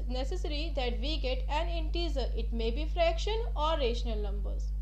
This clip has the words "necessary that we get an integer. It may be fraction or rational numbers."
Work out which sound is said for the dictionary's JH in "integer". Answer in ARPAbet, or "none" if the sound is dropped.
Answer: Z